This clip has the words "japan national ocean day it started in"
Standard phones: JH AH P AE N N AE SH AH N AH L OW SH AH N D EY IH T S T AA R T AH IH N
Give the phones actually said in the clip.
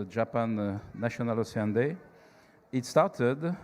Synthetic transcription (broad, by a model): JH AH P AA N N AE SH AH N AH L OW S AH N D EY IH T S T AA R T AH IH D